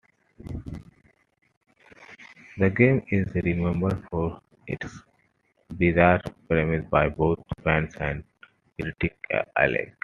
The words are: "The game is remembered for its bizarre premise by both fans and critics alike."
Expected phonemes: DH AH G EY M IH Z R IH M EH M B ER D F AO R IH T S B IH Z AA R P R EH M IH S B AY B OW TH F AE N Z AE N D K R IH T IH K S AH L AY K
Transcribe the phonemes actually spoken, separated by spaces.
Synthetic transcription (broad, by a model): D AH G EY M IH Z R IH M EH M B ER D F AO R IH T S B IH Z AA R P R EH M IH S B AY B OW T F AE N S AE N D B R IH T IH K AH L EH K